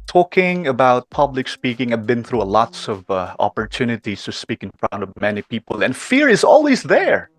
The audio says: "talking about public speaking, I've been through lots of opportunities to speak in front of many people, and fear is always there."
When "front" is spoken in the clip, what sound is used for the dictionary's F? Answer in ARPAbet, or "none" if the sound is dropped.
P